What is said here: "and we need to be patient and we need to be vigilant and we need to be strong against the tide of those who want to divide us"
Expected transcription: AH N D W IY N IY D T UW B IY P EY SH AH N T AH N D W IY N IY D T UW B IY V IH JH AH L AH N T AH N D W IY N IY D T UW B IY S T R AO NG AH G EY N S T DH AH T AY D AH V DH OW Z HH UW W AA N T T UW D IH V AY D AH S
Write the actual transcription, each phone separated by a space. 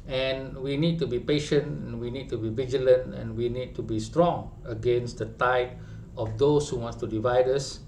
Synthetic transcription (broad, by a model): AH N W IY N IY D T UW B IY P EY SH AH N T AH N W IY N IY D T UW B IY V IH JH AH L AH N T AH N W IY N IY D T UW B IY S T R AO NG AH G EY N S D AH T AY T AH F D OW S HH UW W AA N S T UW D IH V AY D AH S